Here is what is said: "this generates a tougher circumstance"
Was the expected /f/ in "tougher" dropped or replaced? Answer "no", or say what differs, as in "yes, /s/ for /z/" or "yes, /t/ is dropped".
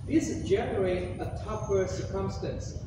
yes, /p/ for /f/